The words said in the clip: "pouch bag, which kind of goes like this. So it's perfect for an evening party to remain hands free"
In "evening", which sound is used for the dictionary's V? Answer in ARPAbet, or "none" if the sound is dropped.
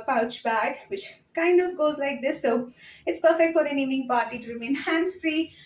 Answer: none